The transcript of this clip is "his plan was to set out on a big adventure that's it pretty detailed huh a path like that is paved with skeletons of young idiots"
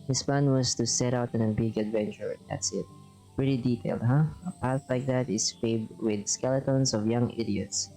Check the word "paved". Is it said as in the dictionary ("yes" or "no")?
no